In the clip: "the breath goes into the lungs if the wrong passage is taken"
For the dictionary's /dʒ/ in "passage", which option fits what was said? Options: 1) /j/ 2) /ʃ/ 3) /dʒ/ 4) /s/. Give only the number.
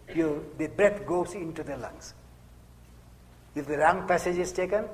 3